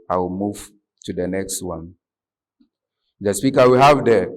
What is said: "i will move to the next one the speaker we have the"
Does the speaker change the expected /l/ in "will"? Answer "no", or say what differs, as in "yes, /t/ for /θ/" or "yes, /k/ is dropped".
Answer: no